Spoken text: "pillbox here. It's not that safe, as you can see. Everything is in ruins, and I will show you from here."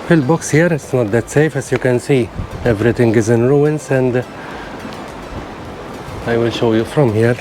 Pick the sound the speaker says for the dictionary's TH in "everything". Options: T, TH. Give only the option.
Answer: T